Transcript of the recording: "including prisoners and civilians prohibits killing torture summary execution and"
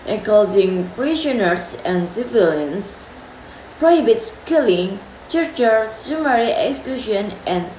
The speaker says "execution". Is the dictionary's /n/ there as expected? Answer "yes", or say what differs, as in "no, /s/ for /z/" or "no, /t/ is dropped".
yes